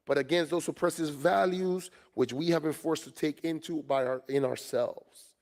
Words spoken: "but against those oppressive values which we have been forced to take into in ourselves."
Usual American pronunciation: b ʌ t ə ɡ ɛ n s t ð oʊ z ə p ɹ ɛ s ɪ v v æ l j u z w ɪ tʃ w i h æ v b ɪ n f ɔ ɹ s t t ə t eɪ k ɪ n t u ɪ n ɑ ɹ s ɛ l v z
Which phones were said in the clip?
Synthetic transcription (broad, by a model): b ʌ t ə ɡ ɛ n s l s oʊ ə p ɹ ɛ s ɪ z v æ l j u z w ɪ tʃ w i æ v b ɪ n f ɔ ɹ s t t ə t eɪ k ɪ n t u ɪ n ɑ ɹ s ɛ l v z